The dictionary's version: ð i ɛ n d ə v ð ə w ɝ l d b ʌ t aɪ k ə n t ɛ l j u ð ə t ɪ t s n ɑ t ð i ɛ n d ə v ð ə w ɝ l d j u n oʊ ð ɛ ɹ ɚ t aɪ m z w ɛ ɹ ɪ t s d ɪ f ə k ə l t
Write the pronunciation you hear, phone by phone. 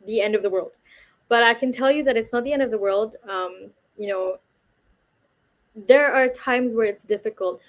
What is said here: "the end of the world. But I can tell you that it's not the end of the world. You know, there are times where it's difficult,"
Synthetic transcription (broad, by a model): ð i ɛ n d ə v ð ə w ɝ l d b ʌ t aɪ k ə n t ɛ l j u ð ə t ɪ t s n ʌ t ð i ɛ n d ə v ð ə w ɝ l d j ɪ n oʊ ð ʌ ɹ ɚ t aɪ m z w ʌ ɹ ɪ t s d ɪ f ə k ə l t